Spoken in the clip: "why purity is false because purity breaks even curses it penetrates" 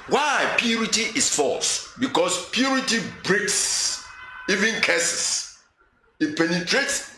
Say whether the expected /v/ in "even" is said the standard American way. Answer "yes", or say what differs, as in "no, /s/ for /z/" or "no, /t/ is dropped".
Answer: yes